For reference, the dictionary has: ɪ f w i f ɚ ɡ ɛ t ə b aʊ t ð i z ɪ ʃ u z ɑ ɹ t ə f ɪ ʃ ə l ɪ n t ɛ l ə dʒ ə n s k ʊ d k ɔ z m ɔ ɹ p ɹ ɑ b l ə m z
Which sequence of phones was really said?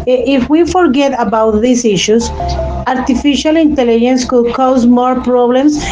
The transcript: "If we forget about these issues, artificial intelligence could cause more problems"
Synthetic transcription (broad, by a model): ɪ f w i f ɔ ɡ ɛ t ə b aʊ t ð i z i ʃ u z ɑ ɹ t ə f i ʃ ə l ɪ n t ɛ l ə dʒ ə n s k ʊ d k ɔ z m ɔ ɹ p ɹ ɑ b l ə m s